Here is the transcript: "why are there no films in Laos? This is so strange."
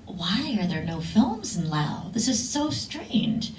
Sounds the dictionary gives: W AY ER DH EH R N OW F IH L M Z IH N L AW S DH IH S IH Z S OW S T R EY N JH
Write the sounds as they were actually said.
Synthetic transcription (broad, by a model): W AY ER DH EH R N OW F IH L M Z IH N L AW DH IH S IH Z S OW S T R EY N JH